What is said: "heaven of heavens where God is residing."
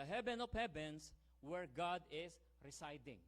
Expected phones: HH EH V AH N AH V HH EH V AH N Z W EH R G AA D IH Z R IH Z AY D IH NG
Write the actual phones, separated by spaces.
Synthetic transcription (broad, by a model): HH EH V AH N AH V HH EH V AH N S W EH R G AA D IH S R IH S AY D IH NG